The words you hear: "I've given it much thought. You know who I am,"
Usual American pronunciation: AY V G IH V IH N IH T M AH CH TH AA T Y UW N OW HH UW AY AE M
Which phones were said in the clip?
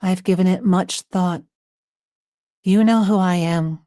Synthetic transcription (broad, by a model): AY V G IH V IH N IH T M AH CH TH AA T Y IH N OW HH UW AY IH M